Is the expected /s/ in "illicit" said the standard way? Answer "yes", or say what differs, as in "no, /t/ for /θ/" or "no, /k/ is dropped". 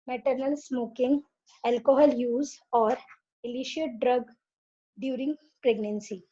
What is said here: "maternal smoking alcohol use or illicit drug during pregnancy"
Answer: no, /ʃ/ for /s/